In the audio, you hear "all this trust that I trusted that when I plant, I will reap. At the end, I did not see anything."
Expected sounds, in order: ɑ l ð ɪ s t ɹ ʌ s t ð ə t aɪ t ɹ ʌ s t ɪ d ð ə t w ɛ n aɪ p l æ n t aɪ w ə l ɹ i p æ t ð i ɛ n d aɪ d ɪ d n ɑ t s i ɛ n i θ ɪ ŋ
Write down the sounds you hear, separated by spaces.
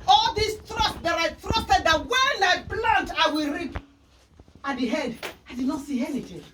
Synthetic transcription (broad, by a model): ɑ l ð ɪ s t ɹ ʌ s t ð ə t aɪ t ɹ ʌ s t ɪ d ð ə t w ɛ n aɪ b l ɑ n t aɪ w ə l ɹ i p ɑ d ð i ɛ d aɪ d ɪ d n ɑ t s i ɛ n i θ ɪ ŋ